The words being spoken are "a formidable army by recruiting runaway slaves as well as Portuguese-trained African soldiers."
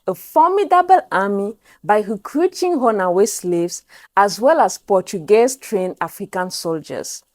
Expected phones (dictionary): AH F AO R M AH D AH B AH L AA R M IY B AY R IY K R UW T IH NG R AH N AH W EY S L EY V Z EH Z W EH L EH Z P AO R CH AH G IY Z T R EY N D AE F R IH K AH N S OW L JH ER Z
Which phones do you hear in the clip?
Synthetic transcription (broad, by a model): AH F AO M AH D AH B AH L AA M IY B AY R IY K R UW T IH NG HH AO N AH W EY S L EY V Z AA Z W EH L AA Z P AO CH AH G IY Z T R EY N AA F R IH K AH N S OW L JH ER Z